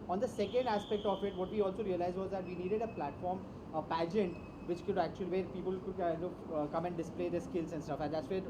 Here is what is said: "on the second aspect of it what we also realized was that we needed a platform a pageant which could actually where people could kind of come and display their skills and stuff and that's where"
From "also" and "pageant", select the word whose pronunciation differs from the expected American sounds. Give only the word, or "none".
none